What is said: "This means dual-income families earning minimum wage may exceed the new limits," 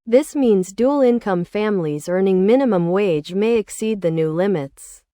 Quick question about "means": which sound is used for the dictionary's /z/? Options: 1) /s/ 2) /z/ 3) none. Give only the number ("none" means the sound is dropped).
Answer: 2